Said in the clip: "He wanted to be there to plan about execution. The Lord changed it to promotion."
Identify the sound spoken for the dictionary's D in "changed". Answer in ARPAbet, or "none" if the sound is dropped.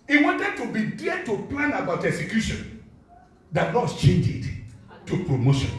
none